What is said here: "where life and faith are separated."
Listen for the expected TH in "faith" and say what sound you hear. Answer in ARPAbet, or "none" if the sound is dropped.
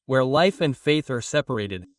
TH